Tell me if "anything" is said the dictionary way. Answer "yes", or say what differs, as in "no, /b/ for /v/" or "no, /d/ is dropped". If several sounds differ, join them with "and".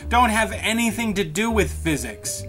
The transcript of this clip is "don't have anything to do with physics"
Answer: yes